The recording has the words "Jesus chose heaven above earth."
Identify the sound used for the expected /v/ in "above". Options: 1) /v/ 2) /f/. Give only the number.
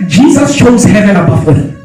2